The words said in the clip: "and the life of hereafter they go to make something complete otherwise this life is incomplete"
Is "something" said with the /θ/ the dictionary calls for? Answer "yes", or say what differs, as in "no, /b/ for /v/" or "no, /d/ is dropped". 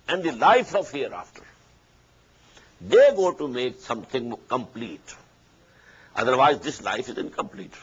no, /t/ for /θ/